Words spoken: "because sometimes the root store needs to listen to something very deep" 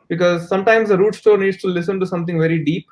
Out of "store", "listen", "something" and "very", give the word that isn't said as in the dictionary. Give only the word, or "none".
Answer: something